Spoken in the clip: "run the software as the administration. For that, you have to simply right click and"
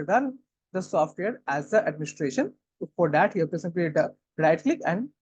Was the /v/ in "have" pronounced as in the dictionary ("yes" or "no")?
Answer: no